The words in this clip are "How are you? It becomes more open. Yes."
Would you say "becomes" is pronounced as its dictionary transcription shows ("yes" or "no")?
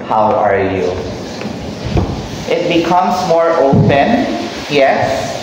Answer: no